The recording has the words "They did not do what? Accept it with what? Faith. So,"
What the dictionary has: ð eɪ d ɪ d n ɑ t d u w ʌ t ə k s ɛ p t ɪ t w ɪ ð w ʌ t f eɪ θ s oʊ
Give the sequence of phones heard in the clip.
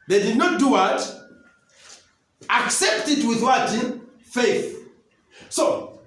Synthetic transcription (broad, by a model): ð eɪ d ɪ d n ɑ t d u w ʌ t ə k s ɛ p t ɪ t w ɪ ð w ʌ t f eɪ θ s oʊ